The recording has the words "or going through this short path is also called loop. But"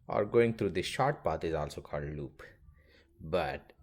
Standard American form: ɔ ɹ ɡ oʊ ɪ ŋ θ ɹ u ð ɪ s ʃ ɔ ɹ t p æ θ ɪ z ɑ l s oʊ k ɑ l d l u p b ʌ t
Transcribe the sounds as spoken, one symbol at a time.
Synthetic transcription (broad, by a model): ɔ ɹ ɡ oʊ ɪ ŋ t ɹ u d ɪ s ʃ ɔ ɹ t p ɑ t ɪ z ɑ l s oʊ k ɑ l d l u p b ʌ t